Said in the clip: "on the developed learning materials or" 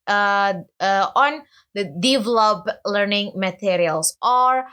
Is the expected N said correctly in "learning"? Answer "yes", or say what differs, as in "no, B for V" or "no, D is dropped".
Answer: yes